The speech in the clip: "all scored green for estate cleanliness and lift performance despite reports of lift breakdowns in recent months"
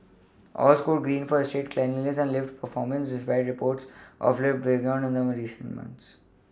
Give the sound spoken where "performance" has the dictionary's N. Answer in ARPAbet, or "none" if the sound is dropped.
N